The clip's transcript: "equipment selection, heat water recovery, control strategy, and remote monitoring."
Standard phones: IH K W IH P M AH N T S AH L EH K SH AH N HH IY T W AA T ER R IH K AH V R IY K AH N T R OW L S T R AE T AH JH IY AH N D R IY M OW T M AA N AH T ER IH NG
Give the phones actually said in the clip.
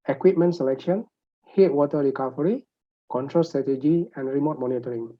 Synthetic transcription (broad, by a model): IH K W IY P M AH N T S AH L EH K SH AH N HH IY T W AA T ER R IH K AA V R IY K AH N T R OW L S T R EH T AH JH IY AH N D R IY M OW T M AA N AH T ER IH NG